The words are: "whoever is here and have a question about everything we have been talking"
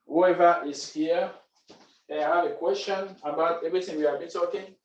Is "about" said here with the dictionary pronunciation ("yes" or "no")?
yes